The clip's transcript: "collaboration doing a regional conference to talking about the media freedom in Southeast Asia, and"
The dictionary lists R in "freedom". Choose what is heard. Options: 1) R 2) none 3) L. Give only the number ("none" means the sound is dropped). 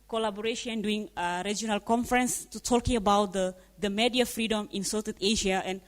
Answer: 1